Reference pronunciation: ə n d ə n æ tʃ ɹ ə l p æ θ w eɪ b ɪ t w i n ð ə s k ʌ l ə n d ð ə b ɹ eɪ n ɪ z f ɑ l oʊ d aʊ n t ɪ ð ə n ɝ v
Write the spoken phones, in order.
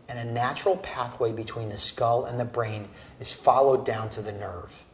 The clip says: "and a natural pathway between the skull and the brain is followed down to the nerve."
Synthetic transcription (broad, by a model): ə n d ə n æ tʃ ɹ l p æ θ w eɪ b ɪ t w i n ð ə s k ʌ l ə n ð ə b ɹ eɪ n ɪ z f ɑ l oʊ d aʊ n t ɪ ð ə n ɝ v